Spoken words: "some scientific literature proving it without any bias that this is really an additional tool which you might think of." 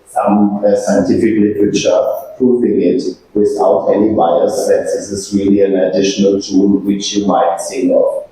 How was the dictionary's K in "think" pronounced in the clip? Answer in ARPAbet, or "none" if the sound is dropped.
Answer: none